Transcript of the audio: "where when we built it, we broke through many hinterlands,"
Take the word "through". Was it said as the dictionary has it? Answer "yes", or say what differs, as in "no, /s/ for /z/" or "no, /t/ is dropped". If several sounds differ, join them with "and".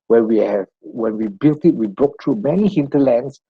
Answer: no, /t/ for /θ/